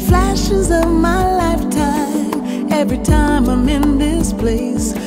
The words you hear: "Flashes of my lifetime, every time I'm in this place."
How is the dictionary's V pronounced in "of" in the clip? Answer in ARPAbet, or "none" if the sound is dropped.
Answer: V